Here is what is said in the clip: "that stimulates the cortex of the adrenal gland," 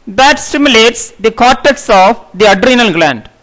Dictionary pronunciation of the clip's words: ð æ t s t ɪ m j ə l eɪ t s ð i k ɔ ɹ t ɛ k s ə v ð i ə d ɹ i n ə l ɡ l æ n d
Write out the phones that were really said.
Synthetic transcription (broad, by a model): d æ t s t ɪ m j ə l eɪ t s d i k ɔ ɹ t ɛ k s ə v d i ə d ɹ i n ə l ɡ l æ n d